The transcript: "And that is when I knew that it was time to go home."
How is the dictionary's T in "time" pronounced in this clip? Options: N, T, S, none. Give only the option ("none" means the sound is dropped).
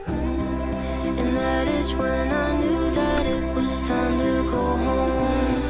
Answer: S